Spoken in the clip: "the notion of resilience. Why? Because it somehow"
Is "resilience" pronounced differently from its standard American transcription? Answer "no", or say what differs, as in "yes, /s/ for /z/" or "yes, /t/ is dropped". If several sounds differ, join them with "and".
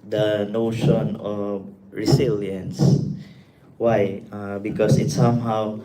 yes, /s/ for /z/